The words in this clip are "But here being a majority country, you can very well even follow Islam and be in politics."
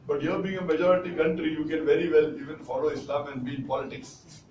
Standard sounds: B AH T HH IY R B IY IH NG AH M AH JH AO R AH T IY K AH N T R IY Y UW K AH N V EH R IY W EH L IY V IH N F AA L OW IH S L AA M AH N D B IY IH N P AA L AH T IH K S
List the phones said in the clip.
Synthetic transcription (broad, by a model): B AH T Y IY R B IY IH NG AH M AH JH AO R AH T IY K AH N T R IY Y UW K AH N V EH R IY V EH L IY V IH N F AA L OW IH S L AA M AH N D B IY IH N P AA L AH T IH K S